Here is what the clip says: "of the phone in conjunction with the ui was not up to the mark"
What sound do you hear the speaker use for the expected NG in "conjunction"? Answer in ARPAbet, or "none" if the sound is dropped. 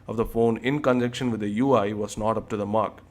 none